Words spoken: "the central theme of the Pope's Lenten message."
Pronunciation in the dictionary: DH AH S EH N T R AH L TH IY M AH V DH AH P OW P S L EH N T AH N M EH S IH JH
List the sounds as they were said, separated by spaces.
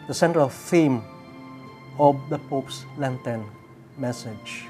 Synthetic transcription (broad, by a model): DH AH S EH N T R AH L F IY M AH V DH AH P OW P S L EH N T AH N M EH S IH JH